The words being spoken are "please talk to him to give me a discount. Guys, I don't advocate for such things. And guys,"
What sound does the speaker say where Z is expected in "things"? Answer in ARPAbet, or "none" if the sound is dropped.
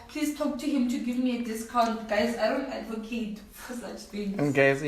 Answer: none